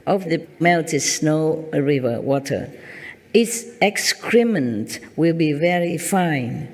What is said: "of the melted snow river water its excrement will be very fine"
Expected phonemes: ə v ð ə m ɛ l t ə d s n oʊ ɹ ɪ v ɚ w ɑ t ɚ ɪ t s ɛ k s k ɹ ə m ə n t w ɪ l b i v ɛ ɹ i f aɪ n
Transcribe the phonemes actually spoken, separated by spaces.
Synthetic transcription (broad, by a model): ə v ð ə m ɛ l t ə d s n oʊ ɹ ɪ v ɚ w ɑ t ɚ ɪ t s ɛ k s k ɹ ə m ə n t w ɪ l b i v ɛ ɹ i f aɪ n